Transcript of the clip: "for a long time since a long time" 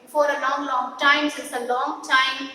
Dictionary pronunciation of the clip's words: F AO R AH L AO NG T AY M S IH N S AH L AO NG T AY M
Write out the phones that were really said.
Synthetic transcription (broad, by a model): F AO R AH L AO NG T AY M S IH S AH L AO NG T AY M